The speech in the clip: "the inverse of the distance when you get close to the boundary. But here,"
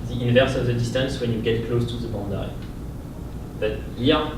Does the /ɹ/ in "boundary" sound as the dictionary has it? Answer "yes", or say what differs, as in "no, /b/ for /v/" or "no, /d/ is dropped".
no, /ɹ/ is dropped